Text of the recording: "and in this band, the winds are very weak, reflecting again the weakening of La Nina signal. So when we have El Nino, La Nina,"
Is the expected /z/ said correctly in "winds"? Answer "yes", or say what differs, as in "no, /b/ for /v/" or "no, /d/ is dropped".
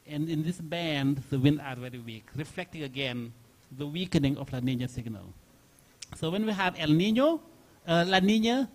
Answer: no, /z/ is dropped